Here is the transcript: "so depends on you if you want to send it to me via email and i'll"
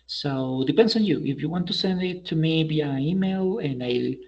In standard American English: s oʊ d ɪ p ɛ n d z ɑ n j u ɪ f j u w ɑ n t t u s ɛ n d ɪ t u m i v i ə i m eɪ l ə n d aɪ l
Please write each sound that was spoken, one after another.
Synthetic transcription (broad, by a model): s oʊ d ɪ p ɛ n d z ɑ n j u ɪ f j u w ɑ n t t u s ɛ n d ɪ t u m i b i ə i m eɪ l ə n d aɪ